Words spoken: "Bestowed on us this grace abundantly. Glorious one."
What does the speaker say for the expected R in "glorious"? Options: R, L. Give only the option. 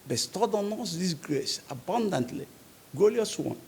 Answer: L